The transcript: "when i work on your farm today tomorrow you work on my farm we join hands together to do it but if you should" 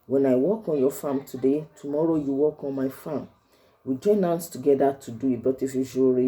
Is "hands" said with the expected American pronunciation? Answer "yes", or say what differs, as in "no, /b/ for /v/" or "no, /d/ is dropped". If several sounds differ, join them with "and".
no, /s/ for /z/